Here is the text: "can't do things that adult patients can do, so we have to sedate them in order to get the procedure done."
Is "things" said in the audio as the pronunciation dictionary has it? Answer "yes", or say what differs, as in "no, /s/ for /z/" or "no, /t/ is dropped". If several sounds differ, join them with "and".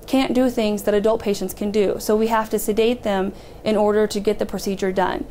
yes